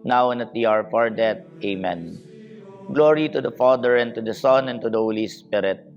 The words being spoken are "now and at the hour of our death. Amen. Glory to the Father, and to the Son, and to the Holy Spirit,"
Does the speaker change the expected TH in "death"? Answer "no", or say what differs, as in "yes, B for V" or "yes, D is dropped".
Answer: yes, T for TH